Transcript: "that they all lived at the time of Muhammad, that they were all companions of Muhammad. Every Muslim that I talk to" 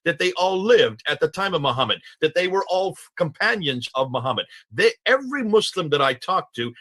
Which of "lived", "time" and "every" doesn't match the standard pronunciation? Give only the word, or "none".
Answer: none